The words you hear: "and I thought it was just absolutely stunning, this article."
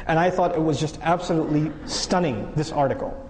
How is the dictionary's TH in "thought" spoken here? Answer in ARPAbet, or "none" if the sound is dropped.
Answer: TH